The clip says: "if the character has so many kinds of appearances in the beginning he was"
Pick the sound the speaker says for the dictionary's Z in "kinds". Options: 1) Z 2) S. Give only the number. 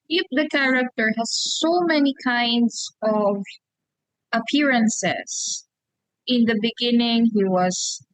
2